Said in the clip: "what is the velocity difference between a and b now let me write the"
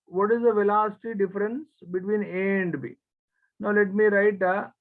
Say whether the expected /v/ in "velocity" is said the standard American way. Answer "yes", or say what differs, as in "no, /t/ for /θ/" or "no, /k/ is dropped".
yes